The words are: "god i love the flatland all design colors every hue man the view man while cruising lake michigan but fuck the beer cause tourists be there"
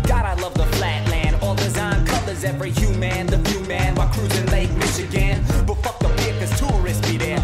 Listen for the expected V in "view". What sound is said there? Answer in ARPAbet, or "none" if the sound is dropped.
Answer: F